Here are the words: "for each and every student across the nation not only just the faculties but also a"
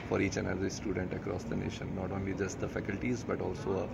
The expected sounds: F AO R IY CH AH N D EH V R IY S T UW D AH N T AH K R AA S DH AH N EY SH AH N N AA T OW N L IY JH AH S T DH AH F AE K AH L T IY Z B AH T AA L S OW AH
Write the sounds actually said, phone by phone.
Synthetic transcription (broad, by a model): F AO R IY CH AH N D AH R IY S T UW D AH N T AH K R AA S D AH N EY SH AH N N AA T OW N L IY JH AH S T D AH F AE K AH L T IY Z B AH T AA L S OW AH